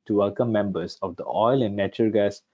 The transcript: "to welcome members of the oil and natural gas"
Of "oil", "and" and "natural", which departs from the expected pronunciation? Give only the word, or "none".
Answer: natural